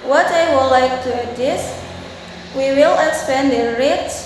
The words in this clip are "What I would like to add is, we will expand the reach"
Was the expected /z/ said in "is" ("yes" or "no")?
no